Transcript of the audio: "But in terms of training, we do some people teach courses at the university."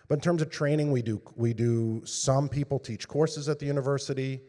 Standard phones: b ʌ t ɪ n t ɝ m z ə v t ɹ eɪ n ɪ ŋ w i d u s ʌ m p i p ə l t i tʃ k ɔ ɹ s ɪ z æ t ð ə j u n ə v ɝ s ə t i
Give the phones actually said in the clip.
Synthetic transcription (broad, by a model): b ʌ t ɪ n t ɝ m z ə v t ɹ eɪ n ɪ ŋ w i d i s ʌ m p i p l t i tʃ k ɔ ɹ s ɪ z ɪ t ð ə j u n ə v ɝ s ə t i